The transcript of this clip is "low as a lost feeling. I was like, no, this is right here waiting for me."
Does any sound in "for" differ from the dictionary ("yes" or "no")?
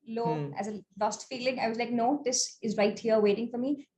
no